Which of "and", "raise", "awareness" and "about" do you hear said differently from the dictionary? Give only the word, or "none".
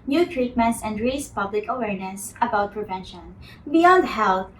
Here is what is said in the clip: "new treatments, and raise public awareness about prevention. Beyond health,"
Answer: raise